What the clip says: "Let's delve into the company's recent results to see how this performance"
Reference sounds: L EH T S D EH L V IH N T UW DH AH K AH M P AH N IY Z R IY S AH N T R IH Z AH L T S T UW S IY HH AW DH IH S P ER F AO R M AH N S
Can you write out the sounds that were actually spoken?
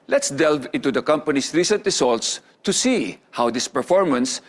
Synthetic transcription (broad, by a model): L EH T S D EH L V IH N T UW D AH K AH M P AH N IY S R IY S AH N T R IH S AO L T S T UW S IY HH AW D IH S P ER F AO R M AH N S